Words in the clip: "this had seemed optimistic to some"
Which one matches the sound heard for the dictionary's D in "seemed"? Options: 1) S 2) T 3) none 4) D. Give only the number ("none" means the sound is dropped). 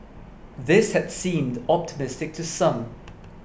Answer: 4